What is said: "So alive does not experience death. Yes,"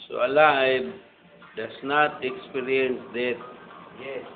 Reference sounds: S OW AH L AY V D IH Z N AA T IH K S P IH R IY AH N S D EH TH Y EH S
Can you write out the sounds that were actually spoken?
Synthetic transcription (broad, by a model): S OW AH L AY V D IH S N AA T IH K S P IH R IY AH N S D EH T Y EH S